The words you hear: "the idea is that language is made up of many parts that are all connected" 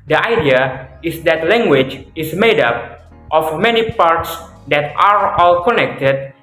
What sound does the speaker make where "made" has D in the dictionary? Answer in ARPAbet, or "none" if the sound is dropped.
D